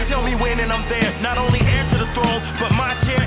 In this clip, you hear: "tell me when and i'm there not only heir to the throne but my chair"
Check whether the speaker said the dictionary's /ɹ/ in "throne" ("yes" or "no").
no